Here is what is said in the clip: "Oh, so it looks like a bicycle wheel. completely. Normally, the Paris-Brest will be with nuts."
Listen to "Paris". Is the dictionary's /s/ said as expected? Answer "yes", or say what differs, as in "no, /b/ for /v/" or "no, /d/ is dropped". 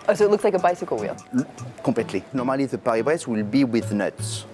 no, /s/ is dropped